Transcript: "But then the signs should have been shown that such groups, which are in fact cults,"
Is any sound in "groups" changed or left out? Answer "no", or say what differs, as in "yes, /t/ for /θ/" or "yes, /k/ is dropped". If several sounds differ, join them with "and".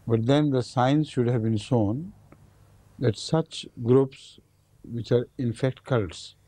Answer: no